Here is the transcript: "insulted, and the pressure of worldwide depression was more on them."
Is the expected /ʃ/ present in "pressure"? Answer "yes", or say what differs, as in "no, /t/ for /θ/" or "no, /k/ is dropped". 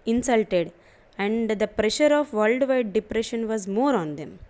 yes